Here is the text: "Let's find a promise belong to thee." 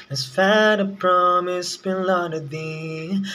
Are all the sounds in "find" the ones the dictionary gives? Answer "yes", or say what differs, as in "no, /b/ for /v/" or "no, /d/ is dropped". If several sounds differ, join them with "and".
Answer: no, /n/ is dropped